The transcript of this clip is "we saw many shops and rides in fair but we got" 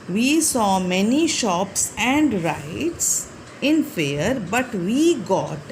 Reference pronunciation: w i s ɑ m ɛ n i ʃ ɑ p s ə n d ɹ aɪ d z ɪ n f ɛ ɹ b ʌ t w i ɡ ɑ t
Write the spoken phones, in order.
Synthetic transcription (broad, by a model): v i s ɑ m ɛ n i ʃ ɑ p s ə n d ɹ aɪ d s ɪ n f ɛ ɹ b ʌ t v i ɡ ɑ t